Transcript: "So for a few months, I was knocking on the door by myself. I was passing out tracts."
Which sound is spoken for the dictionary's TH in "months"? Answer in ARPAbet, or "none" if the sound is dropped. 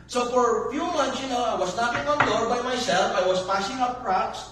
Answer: T